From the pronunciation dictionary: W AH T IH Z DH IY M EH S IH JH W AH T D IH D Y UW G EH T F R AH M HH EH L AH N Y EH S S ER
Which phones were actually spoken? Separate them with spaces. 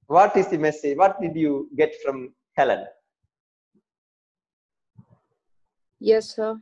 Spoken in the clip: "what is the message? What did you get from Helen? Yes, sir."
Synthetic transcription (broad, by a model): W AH T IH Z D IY M EH S IH JH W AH T D IH D Y UW G EH T F R AH M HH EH L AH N Y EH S S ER